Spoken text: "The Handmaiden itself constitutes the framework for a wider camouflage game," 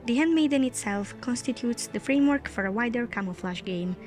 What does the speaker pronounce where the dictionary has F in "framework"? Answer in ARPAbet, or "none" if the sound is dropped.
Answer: F